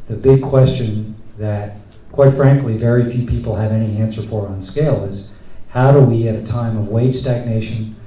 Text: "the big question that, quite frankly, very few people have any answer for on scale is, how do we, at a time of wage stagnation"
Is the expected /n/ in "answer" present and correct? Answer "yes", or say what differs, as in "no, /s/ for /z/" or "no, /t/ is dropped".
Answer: yes